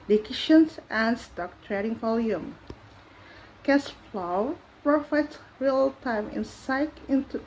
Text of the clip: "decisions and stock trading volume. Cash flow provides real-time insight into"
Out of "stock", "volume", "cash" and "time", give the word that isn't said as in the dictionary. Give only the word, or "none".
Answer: cash